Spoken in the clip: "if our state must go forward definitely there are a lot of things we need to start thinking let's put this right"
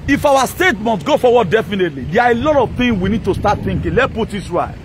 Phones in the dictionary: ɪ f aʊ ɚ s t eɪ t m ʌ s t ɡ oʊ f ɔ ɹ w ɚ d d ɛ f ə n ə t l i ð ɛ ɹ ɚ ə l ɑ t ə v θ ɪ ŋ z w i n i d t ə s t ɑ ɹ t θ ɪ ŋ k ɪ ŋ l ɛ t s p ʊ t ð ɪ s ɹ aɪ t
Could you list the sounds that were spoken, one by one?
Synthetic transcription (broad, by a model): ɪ f aʊ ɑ s t eɪ t m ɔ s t ɡ oʊ f ɔ w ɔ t d ɛ f ə n ə t l i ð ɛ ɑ ə l ɑ t ə v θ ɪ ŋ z w i n i d t ə s t ɑ t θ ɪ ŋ k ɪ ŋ l ɛ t p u t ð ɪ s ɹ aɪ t